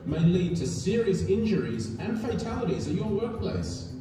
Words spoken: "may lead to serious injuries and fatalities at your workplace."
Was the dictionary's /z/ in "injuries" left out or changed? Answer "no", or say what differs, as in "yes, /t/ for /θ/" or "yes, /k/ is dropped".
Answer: no